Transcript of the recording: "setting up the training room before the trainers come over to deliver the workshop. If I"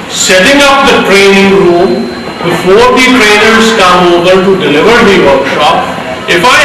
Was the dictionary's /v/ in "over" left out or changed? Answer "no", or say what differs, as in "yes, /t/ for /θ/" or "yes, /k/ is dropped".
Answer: yes, /b/ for /v/